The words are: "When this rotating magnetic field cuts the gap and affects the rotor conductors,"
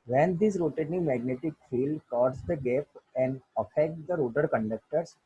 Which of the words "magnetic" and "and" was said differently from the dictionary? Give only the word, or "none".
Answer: none